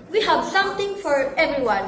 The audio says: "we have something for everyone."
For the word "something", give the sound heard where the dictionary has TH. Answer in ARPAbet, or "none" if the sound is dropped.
T